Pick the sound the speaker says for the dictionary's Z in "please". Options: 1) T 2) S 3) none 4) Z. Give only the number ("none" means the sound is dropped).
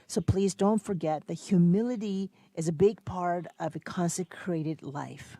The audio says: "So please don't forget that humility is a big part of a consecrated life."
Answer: 4